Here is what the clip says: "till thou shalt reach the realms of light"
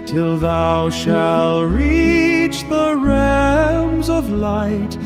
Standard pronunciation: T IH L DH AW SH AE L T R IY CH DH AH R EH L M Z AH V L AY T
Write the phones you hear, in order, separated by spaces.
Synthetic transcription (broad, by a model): T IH L DH AW SH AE L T R IY CH DH AH R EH M Z AH V L AY T